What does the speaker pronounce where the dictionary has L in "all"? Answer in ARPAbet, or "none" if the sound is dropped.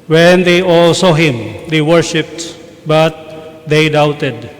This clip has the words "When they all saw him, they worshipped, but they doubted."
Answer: L